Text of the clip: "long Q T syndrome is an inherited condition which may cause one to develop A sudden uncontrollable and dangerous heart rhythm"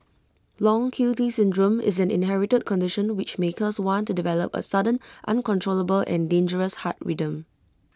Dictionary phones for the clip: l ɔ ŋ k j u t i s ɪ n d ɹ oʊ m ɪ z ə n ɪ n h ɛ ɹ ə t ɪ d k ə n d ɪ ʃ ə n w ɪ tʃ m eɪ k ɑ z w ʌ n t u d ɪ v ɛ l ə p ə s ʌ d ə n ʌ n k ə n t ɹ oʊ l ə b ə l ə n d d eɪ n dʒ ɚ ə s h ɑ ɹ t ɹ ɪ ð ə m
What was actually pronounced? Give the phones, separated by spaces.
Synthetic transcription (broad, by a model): l ɔ ŋ k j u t i s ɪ n d ɹ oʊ m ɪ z ə n ɪ n h ɛ ɹ ə t ɪ d k ə n d ɪ ʃ ə n w ɪ tʃ m eɪ k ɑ s w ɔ n t u d ɪ v ɛ l ə p ə s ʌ d ə n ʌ n k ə n t ɹ oʊ l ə b ə l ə n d d eɪ n dʒ ɚ ə s h ɑ t ɹ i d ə m